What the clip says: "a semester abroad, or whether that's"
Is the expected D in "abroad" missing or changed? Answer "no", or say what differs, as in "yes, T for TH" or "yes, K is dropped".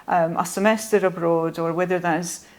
no